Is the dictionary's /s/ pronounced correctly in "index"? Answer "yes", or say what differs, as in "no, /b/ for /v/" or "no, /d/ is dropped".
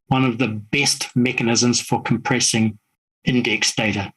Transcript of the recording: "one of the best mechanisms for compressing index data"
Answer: yes